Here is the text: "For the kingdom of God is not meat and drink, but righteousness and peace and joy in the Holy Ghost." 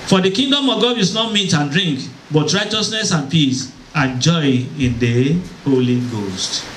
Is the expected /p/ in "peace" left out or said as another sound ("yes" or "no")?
no